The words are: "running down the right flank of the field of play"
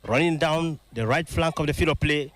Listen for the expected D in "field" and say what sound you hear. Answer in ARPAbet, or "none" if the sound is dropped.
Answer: none